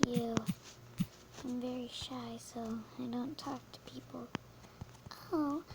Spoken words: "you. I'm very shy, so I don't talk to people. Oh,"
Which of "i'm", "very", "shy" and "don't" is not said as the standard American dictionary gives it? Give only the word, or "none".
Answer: none